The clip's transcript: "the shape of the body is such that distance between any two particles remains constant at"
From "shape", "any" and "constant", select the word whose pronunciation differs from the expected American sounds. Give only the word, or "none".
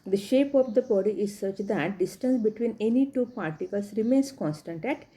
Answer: none